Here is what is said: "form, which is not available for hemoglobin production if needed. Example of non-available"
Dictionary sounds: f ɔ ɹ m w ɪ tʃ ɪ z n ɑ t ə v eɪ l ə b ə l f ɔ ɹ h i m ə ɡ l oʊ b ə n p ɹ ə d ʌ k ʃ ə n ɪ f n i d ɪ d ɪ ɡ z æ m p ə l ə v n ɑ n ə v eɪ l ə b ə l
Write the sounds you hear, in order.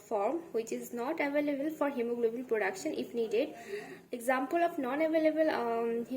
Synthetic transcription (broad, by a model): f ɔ ɹ m w ɪ tʃ ɪ z n ɑ t ə v eɪ l ə b ə l f ɔ ɹ h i m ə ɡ l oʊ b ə l p ɹ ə d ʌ k ʃ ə n ɪ f n i d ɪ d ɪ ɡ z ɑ m p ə l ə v n ɑ n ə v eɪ l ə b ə l